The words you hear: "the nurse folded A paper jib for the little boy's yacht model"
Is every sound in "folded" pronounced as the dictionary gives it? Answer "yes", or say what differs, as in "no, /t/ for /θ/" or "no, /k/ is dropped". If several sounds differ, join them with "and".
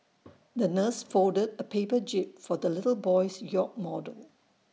no, /l/ is dropped